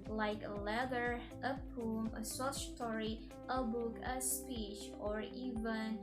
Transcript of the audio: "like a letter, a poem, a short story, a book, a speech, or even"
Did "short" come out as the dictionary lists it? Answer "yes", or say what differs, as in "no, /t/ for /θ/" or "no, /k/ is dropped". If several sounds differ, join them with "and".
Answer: no, /s/ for /ʃ/